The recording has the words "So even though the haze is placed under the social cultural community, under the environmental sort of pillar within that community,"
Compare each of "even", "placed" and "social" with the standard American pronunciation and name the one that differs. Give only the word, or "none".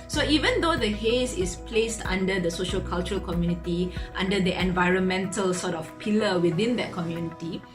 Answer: none